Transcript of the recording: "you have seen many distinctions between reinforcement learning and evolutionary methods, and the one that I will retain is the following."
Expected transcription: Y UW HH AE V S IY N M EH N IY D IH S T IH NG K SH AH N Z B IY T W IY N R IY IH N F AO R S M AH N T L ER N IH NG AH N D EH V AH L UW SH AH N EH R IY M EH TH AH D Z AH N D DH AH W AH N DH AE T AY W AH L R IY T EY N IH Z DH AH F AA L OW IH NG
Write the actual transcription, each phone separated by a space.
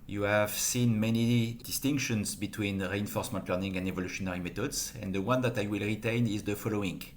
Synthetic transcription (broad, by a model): Y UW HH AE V S IY N M EH N IY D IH S T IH NG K SH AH N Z B IY T W IY N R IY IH N F AO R S M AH N T L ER N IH NG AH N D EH V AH L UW SH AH N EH R IY M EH T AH D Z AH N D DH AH W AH N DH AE T AY W AH L R IY T EY N IH Z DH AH F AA L OW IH NG